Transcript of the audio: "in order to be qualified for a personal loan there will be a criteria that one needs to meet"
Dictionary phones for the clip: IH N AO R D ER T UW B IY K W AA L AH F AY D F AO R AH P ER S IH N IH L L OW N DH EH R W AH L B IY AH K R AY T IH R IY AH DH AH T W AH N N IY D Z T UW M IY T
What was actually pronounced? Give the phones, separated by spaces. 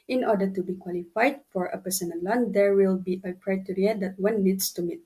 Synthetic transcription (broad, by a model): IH N AO D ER T UW B IY K W AA L AH F AY D F AO R AH P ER S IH N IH N L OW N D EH R W AH L B IY AH K R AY T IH R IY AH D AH T W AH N N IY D S T UW M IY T